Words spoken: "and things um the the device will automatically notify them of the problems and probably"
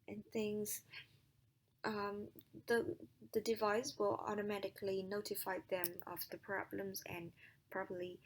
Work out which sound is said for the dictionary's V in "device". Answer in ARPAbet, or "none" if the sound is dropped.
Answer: V